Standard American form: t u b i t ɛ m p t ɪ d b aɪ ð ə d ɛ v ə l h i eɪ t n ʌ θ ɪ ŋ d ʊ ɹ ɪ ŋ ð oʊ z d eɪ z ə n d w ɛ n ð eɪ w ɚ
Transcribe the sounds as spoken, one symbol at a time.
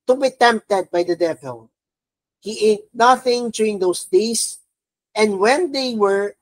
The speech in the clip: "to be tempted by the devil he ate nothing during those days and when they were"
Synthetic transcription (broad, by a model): t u b i t ɛ m p t ɪ d b aɪ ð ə d ɛ v ə l h i eɪ t n ʌ θ ɪ ŋ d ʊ ɹ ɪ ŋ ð oʊ s d eɪ s ə n d w ɛ n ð eɪ w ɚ